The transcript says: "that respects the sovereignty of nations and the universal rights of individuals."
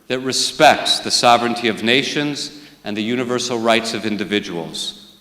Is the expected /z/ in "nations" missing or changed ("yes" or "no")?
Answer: no